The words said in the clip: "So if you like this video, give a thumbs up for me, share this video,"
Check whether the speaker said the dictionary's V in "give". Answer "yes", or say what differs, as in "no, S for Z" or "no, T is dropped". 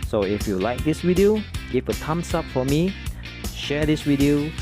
no, F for V